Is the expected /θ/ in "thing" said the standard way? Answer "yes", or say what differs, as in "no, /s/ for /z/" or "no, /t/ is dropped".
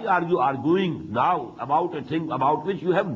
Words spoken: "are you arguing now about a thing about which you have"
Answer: no, /t/ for /θ/